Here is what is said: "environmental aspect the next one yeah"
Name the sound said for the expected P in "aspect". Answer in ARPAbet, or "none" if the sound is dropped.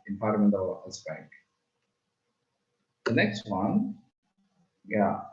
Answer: B